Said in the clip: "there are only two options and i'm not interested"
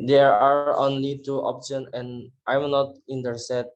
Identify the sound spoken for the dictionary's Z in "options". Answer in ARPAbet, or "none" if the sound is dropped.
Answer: none